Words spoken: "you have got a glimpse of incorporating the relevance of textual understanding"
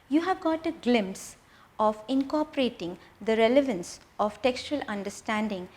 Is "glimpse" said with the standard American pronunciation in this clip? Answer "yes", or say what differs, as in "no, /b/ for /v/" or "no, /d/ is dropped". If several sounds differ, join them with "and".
yes